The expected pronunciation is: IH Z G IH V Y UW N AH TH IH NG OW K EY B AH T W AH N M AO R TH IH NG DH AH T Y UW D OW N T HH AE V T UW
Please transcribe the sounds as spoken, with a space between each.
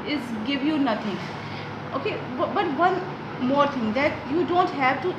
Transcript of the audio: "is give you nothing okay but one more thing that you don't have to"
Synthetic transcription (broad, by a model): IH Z G IH V Y UW N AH T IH NG OW K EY B AH T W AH N M AO R T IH NG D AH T Y UW D OW N T HH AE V T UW